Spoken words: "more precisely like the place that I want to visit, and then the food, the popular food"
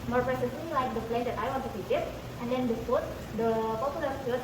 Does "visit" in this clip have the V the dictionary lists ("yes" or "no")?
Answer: no